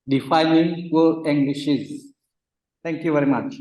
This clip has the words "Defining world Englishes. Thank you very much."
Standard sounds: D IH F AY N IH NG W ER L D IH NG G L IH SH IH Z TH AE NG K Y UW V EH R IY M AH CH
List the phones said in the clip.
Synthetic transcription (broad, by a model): D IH F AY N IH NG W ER D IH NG G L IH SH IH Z T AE NG K Y UW V EH R IY M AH CH